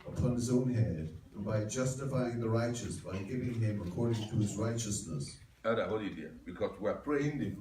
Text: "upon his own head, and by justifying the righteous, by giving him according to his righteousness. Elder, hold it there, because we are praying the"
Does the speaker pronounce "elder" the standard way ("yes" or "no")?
no